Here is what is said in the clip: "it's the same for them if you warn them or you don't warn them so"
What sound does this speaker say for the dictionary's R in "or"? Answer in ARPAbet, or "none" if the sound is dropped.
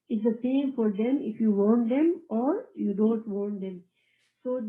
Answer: R